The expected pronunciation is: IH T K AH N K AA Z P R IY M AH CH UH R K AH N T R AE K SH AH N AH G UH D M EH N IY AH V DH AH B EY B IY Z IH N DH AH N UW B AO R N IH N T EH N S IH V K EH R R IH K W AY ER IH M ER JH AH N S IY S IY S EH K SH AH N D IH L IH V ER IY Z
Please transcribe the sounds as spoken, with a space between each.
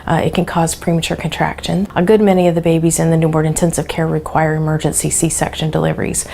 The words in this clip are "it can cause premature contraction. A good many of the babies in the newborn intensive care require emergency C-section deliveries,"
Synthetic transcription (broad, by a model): IH T K AH N K AA Z P R IY M AH CH UH R K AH N T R AE K SH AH N AH G UH D M EH N IY AH V DH AH B EY B IY Z IH N DH AH N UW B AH R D IH N T EH N S IH V K EH R R IH K W AY ER IH M ER JH AH N S IY S IY S EH K SH AH N D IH L IH V ER IY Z